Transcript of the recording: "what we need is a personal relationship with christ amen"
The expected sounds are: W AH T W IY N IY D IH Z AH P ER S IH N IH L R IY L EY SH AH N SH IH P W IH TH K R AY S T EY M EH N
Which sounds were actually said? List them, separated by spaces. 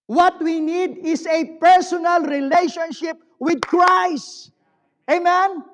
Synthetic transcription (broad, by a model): W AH T W IY N IY D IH S AH P ER S IH N IH L R IY L EY SH AH N SH IH P W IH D K R AY S T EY M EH N